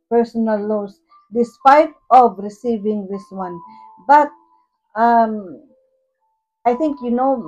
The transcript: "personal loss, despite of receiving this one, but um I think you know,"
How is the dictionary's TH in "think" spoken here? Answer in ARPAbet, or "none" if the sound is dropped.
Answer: T